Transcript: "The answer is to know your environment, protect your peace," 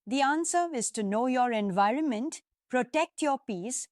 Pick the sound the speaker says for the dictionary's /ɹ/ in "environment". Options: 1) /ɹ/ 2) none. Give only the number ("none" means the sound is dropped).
1